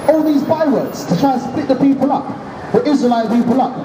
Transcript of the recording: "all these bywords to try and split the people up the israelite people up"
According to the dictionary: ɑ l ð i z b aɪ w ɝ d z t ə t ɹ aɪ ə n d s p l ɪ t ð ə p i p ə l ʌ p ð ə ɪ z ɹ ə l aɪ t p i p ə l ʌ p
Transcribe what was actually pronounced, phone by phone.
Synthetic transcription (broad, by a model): ɑ l ð i z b aɪ w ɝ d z t ə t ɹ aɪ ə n s p l ɪ t ð ə p i p ə l ʌ p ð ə ɪ z ɹ ə l aɪ t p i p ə l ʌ p